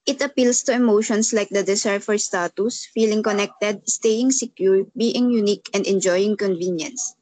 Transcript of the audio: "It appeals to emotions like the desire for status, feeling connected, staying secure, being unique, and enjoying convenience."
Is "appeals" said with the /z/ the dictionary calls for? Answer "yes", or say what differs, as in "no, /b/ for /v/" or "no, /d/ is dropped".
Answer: no, /s/ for /z/